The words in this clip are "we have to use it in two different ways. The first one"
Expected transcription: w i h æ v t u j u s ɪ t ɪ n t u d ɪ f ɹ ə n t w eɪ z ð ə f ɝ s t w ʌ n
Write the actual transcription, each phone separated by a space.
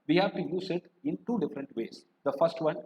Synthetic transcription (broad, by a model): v i h æ v t u j u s ɪ t ɪ n t u d ɪ f ɹ ə n t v eɪ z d ə f ɝ s t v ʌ n